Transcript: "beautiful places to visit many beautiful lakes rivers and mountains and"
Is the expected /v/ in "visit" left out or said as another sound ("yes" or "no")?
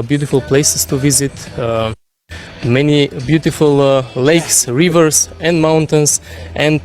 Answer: no